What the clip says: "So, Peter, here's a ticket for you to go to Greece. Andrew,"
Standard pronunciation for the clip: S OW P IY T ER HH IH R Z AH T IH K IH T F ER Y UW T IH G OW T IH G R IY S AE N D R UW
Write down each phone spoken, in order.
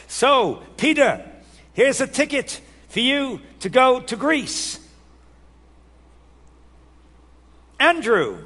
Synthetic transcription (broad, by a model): S OW P IY T ER HH IH R Z AH T IH K IH T F ER Y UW T IH G OW T IH G R IY S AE N D R UW